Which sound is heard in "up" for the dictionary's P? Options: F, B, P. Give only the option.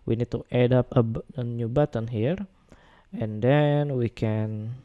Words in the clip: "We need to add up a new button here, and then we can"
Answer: B